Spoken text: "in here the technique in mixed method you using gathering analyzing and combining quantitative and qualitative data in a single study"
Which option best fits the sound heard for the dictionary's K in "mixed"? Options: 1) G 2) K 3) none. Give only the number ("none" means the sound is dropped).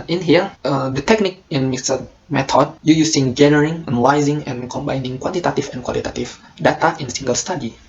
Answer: 3